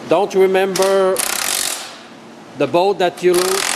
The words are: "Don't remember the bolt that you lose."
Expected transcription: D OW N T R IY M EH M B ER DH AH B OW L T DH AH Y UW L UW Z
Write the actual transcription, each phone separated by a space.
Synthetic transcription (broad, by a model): D OW N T R IY M EH M B ER DH AH B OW T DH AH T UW L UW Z